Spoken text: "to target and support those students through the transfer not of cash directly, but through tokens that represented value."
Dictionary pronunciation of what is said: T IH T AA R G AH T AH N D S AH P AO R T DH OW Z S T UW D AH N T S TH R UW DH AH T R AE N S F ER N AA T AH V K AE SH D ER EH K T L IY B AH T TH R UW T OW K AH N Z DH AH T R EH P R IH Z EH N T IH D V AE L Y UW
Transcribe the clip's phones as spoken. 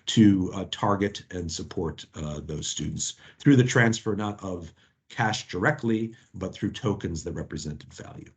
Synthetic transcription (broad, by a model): T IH T AA R G AH T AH N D S AH P AO R T DH OW Z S T UW D N T S TH R UW DH AH T R AE N S F ER N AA T AH V K AE SH D ER EH K T L IY B AH T TH R UW T OW K AH N Z DH AH T R EH P R IH Z EH N T IH D V AE L Y UW